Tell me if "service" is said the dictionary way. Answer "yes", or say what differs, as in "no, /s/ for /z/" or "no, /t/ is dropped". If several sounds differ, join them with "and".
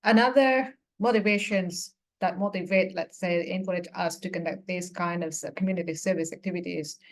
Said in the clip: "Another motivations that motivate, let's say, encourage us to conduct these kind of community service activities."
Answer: yes